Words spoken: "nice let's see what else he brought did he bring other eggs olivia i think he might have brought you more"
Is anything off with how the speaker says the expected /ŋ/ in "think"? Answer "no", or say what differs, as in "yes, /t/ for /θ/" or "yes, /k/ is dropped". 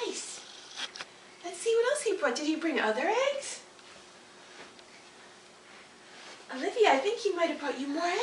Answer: no